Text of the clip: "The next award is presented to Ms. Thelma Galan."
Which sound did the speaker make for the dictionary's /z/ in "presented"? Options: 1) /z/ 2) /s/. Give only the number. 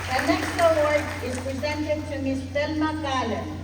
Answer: 1